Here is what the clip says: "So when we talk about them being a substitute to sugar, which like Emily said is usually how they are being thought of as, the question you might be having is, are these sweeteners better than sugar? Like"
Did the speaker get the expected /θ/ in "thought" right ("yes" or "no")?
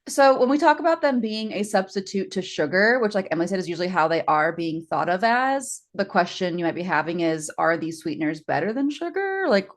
yes